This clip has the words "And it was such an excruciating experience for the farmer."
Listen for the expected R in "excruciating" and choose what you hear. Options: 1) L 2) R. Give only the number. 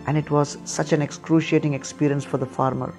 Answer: 2